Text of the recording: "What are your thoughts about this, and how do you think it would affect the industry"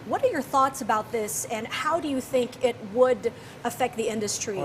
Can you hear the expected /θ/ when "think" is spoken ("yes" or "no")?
yes